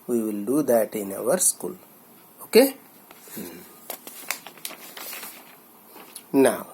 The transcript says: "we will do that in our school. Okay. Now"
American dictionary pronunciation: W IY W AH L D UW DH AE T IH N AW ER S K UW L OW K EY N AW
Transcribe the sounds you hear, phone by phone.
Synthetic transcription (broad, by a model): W IY W AH L D UW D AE T IH N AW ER S K UW L OW K EY N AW